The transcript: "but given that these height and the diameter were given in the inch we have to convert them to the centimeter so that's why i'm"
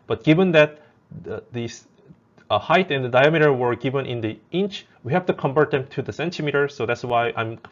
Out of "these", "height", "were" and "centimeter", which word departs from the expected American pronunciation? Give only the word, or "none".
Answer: these